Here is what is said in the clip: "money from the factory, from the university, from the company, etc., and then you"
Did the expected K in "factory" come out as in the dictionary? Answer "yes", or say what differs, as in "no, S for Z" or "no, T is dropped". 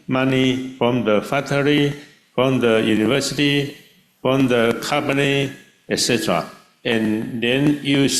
no, K is dropped